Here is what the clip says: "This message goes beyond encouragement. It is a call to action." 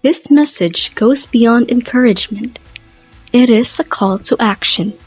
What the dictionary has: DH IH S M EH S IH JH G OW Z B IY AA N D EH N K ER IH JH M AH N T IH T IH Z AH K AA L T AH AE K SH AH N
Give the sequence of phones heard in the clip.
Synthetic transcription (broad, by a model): DH IH S M EH S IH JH G OW Z B IY AA N D EH N K ER IH JH M AH N T IH T IH Z AH K AA L T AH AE K SH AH N